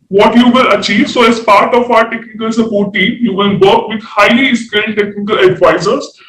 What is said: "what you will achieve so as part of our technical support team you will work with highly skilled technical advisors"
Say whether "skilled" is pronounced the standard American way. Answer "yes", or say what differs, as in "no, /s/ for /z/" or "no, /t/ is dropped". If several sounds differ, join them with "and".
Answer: no, /n/ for /l/